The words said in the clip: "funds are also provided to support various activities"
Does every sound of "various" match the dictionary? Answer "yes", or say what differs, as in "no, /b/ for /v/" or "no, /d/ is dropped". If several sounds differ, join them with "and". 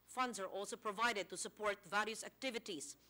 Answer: no, /l/ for /ɹ/